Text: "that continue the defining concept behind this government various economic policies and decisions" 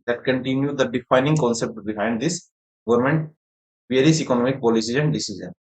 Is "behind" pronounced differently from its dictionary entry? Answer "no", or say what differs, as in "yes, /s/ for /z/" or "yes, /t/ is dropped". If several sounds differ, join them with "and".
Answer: no